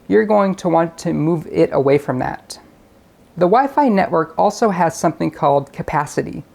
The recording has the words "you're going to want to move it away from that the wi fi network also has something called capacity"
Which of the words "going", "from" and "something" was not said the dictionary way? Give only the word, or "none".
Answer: none